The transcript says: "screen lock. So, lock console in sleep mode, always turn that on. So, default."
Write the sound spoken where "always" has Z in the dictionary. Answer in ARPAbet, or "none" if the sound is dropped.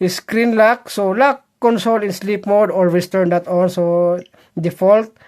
S